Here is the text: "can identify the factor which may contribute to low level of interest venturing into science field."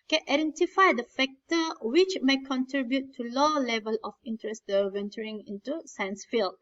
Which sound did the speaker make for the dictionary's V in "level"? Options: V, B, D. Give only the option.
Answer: V